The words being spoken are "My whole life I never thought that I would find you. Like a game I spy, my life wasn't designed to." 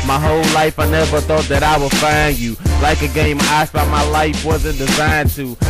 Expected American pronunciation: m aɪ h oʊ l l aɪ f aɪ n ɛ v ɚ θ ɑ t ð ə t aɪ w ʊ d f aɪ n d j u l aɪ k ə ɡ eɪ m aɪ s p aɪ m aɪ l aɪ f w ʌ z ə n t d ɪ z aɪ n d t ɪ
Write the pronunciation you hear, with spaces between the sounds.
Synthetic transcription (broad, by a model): m aɪ h oʊ l l aɪ f aɪ n ɛ v ɚ θ ɑ t ð ə t aɪ w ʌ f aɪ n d j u l aɪ k ə ɡ eɪ m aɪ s b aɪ m aɪ l aɪ f w ʌ z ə n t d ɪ z aɪ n t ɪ